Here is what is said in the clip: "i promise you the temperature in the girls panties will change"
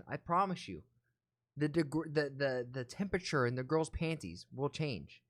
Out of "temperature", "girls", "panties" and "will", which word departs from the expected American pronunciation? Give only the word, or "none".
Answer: none